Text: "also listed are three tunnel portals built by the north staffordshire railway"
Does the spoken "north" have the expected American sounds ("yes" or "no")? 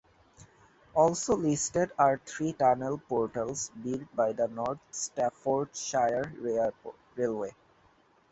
no